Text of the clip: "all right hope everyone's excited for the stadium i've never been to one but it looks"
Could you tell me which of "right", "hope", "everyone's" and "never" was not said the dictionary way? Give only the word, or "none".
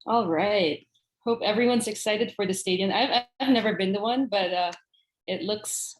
none